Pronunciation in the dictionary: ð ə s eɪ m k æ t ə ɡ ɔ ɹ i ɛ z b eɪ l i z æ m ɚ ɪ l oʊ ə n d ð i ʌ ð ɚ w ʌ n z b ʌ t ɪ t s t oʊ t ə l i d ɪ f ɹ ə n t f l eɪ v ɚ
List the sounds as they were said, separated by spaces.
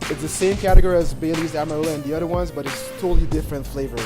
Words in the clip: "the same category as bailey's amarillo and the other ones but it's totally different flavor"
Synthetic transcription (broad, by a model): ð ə s eɪ m k æ t ə ɡ ɔ ɹ i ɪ z b eɪ l i z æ m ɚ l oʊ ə n ð i ʌ ð ɚ w ʌ n z b ʌ t ɪ t s t oʊ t l i d ɪ f ɹ ə n t f l eɪ v ɚ